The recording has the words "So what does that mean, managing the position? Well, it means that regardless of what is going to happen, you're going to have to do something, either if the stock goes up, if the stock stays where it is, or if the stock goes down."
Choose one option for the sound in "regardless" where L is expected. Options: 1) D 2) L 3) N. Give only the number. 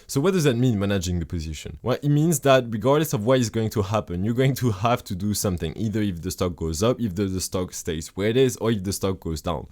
2